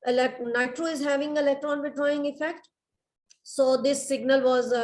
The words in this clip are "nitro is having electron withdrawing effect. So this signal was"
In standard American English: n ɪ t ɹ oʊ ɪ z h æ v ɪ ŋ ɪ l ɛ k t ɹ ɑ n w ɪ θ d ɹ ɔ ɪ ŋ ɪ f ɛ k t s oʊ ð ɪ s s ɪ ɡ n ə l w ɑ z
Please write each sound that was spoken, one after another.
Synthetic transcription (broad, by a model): n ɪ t ɹ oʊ ɪ z h æ v ɪ ŋ ɪ l ɛ k t ɹ ɑ n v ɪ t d ɹ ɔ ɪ ŋ ɪ f ɛ k t s oʊ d ɪ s s ɪ ɡ n ə l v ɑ z